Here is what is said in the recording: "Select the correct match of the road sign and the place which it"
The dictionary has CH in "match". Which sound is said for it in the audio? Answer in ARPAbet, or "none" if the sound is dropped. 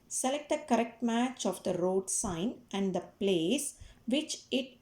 CH